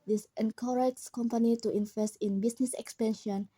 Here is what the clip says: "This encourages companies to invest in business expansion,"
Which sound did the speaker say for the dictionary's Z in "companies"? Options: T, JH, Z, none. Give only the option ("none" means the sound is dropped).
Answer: none